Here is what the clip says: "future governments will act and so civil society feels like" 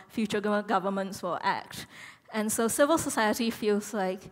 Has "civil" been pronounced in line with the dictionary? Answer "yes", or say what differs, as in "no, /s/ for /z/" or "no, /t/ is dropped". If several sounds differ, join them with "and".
yes